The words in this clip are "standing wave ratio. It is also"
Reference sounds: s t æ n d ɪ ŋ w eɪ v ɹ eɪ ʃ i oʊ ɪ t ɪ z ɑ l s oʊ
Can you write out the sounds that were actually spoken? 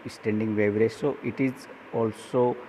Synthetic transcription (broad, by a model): s t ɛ n d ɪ ŋ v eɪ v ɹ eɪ s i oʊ ɪ t ɪ z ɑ l s oʊ